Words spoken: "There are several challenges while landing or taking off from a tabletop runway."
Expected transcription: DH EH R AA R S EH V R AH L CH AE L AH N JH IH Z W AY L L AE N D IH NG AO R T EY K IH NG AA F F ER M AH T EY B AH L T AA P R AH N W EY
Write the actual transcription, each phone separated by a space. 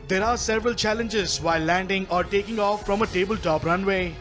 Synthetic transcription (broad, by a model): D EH R AA R S EH V R AH L CH AE L AH N JH IH Z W AY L L AE N D IH NG AO R T EY K IH NG AA F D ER M AH T EY B AH L T AA P R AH N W EY